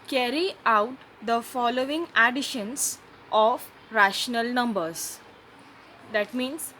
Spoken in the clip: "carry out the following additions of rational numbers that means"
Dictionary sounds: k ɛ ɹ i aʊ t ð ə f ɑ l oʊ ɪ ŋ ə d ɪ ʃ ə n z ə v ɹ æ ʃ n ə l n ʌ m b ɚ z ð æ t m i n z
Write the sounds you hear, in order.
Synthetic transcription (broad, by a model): k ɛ ɹ i aʊ t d ə f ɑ l oʊ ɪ ŋ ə d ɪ ʃ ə n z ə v ɹ æ ʃ n ə l n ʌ m b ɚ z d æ t m i n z